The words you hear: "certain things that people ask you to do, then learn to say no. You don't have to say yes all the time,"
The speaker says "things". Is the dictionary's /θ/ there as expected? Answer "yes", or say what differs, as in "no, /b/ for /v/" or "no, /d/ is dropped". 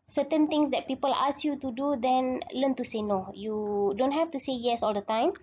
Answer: no, /t/ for /θ/